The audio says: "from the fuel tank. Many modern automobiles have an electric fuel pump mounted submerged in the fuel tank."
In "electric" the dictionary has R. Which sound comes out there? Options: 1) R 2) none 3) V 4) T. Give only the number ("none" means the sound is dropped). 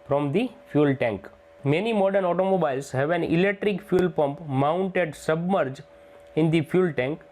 1